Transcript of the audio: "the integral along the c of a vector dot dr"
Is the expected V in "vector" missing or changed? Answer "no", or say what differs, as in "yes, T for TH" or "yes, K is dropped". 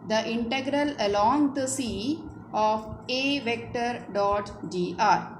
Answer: no